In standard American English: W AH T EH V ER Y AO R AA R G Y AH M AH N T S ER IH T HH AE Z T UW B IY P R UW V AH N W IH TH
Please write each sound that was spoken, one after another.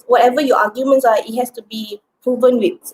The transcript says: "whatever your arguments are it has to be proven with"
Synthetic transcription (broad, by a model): W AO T EH V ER Y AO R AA G Y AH M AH N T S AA IH T HH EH S T UW B IY P R UW V AH N W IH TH